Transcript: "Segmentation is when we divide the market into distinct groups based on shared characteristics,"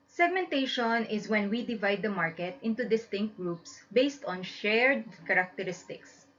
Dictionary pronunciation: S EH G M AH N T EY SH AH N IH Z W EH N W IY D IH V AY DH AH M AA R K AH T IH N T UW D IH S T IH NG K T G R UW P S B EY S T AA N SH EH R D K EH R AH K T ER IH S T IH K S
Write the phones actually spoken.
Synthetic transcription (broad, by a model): S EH G M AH N T EY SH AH N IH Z W EH N W IY D IH V AY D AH M AA R K AH T IH N T UW D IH S T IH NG K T G R UW P S B EY S T AA N SH EH R D K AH R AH K T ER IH S T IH K S